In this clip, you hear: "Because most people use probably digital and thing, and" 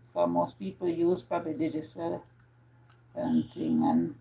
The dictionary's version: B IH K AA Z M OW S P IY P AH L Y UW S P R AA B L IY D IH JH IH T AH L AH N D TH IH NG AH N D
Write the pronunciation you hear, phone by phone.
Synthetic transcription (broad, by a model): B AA M OW S P IY P AH L Y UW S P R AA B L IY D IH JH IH S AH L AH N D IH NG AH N